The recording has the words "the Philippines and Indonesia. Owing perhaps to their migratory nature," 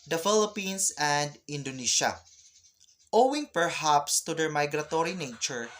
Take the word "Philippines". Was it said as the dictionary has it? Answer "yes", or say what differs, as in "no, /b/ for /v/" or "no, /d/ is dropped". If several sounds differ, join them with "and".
no, /s/ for /z/